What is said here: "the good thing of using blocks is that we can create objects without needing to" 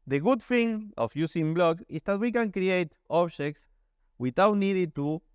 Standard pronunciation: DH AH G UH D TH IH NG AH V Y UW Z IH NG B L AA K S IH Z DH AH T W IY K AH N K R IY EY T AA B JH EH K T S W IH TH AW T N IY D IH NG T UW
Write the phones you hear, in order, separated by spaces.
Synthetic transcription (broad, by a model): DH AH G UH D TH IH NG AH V Y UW S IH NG B L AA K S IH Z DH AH T W IY K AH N K R IY EY T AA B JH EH K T S W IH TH AW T N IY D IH T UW